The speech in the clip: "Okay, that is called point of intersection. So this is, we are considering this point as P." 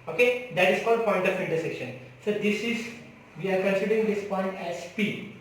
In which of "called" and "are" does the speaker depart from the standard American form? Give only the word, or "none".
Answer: called